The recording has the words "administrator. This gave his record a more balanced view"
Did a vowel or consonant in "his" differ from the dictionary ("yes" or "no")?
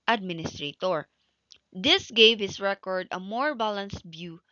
yes